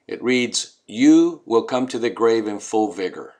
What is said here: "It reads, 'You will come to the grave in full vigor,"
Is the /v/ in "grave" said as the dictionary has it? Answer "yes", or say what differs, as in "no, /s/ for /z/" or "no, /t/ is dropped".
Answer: yes